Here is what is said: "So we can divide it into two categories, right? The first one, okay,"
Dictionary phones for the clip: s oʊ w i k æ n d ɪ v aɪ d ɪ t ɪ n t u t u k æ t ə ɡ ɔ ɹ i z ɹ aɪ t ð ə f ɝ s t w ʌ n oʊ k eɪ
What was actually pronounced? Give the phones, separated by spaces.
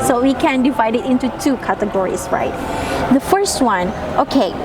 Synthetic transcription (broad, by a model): s oʊ w i k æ n d ɪ v aɪ d ɪ t ɪ n t u t u k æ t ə ɡ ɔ ɹ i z ɹ aɪ t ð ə f ɝ s t w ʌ n oʊ k eɪ